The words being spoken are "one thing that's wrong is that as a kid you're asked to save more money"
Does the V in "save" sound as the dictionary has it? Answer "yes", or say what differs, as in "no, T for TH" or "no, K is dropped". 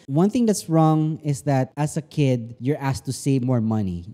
yes